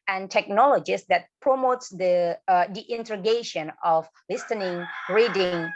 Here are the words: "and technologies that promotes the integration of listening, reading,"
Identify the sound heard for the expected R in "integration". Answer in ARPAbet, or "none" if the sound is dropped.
none